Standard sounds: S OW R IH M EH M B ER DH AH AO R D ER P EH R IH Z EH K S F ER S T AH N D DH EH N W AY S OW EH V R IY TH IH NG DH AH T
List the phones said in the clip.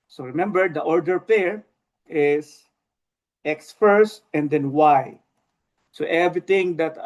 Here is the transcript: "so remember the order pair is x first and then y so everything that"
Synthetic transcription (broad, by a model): S OW R IH M EH M B ER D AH AO R D ER P EH R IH S EH K S F ER S T AH N D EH N W AY S OW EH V R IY T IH NG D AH T